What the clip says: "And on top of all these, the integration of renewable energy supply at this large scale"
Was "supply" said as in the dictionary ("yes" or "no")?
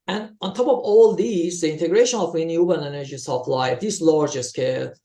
no